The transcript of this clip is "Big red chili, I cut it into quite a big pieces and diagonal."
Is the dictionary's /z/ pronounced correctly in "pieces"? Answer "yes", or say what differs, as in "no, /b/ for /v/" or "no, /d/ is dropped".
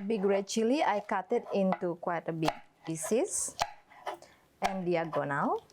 no, /s/ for /z/